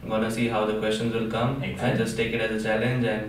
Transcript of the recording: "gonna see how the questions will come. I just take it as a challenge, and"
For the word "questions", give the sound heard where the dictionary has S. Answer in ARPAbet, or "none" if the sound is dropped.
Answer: S